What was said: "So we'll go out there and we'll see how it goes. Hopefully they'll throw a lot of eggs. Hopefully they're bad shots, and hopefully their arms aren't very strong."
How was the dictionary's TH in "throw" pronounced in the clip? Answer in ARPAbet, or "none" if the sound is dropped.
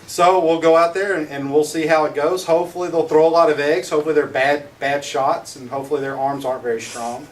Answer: TH